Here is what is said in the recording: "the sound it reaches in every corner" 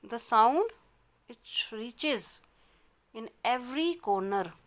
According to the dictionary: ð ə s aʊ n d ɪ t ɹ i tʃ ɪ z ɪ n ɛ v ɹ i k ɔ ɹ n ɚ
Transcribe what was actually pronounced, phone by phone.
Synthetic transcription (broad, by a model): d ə s aʊ n d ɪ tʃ ɹ i tʃ ɪ z ɪ n ɛ v ɹ i k ɔ ɹ n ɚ